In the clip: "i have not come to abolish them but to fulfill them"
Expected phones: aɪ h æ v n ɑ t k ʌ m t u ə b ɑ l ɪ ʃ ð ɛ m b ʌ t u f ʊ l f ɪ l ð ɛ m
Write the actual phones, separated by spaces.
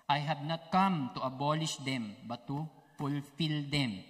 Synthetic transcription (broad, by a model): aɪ h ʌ b n ɑ t k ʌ m t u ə b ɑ l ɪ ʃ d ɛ m b ʌ t u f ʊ l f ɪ l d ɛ m